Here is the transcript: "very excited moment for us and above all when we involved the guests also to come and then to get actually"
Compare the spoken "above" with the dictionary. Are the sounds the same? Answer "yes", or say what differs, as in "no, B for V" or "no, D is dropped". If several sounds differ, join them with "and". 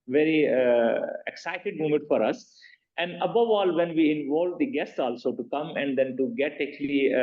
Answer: yes